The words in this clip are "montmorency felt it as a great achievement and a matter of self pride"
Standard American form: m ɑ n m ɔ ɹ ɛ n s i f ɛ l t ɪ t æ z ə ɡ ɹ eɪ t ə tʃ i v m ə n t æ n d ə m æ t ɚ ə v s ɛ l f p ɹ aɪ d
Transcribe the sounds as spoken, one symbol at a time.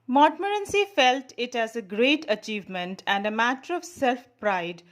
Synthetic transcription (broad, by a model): m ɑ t m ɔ ɹ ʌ n s i f ɛ l t ɪ t æ z ə ɡ ɹ eɪ t ə tʃ i v m ə n t æ n d ə m æ t ɚ ə v s ɛ l f p ɹ aɪ d